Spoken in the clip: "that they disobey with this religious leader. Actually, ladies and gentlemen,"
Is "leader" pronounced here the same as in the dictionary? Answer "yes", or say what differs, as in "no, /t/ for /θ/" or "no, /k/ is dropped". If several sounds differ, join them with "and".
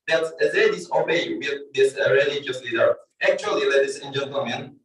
yes